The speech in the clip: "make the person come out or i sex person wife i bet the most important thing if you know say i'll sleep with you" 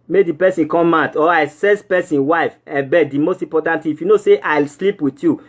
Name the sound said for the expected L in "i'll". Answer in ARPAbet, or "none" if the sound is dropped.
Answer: L